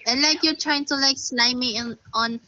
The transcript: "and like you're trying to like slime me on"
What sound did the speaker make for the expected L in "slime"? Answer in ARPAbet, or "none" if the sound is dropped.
N